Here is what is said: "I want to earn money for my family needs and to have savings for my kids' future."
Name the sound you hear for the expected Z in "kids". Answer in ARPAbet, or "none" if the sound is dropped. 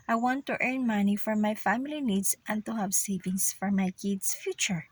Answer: S